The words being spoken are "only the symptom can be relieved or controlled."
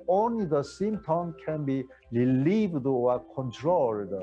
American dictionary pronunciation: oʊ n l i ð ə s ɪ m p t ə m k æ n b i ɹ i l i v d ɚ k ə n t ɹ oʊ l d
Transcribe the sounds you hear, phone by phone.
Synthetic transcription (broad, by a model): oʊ n l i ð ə s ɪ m t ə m k æ n b i ɹ i l i v d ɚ k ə n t ɹ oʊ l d